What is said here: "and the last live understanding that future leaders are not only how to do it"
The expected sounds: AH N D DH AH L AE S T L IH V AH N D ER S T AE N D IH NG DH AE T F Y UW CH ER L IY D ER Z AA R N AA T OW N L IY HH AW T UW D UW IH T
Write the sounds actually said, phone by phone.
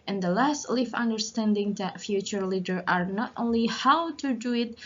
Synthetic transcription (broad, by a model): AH N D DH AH L AE S T L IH F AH N D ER S T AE N D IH NG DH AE T F Y UW CH ER L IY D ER AA R N AA T OW N L IY HH AW T UW D UW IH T